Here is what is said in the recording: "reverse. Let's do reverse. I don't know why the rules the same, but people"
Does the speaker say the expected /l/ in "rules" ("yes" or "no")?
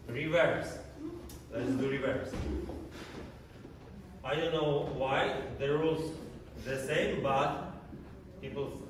no